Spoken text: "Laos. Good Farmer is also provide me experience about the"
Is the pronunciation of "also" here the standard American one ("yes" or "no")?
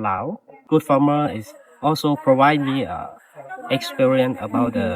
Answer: yes